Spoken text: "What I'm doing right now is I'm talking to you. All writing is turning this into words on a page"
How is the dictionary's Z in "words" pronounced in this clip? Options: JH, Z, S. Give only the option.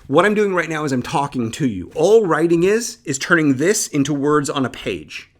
Z